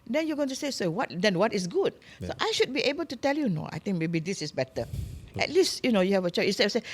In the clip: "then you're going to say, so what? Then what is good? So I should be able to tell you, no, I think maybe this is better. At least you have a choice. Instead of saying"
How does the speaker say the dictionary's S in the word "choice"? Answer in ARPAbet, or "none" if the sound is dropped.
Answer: none